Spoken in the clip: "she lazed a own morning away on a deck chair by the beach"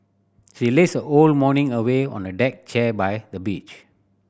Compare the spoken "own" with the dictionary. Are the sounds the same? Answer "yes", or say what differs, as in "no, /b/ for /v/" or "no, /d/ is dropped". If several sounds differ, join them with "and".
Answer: no, /l/ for /n/